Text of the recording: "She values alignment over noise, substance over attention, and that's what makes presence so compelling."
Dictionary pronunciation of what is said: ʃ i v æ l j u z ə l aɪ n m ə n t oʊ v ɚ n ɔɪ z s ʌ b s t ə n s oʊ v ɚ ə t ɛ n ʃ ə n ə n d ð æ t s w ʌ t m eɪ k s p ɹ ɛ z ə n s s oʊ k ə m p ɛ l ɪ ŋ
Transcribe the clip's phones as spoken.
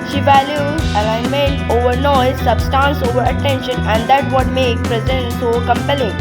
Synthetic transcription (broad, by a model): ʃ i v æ l j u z ə l aɪ n m ə n t oʊ v ɚ n ɔɪ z s ʌ b s t ə n s oʊ v ɚ ə t ɛ n ʃ ə n ə n d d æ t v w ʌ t m eɪ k p ɹ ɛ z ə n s s oʊ k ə m p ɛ l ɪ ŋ